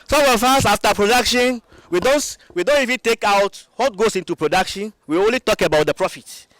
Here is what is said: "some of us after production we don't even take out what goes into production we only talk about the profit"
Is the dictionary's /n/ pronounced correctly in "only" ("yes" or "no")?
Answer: yes